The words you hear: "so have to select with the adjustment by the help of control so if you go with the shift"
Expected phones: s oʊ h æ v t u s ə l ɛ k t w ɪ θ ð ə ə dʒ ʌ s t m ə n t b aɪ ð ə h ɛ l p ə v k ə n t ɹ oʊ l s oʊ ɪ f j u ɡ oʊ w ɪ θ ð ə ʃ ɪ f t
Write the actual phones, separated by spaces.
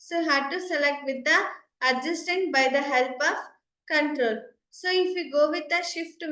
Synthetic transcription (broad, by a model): s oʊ h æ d t u s ə l ɛ k t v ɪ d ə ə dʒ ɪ s t ə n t b aɪ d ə h ɛ l p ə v k ə n t ɹ oʊ l s oʊ ɪ f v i ɡ oʊ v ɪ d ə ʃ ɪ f t